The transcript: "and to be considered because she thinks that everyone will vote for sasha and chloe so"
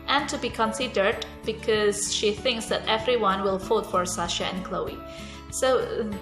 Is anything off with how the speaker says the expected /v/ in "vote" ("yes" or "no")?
yes